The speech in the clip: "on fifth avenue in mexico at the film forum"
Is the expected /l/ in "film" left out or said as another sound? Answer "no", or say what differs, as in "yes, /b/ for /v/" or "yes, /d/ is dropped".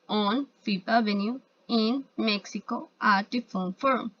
yes, /l/ is dropped